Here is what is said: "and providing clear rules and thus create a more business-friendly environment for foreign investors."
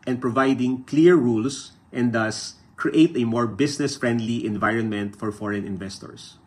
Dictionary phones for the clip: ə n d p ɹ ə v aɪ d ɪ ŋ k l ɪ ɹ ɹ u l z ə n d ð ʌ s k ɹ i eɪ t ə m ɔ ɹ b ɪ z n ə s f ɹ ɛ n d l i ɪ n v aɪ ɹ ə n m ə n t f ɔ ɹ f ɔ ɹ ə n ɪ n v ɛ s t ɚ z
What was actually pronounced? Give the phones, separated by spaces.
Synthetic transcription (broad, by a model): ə n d p ɹ ə v aɪ d ɪ ŋ k l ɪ ɹ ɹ u l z ə n d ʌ s k ɹ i eɪ t ə m ɔ ɹ b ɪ s n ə s f ɹ ɛ n d l i ɪ n v aɪ ɹ ə n m ə n t f ɔ ɹ f ɔ ɹ ə n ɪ n v ɛ s t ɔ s